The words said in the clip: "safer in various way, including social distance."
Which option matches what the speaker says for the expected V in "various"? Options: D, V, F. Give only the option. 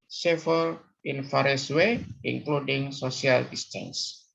F